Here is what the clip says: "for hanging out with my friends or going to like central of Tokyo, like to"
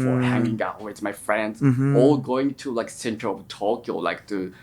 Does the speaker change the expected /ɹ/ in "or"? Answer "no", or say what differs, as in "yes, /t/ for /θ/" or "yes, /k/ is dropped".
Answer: yes, /l/ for /ɹ/